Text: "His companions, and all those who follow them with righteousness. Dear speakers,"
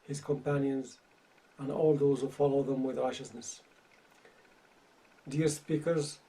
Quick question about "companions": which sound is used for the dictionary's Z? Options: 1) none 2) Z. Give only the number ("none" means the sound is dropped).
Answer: 2